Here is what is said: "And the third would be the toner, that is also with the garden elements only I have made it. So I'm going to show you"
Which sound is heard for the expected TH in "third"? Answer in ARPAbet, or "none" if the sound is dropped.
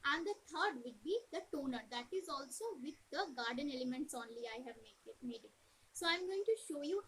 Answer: T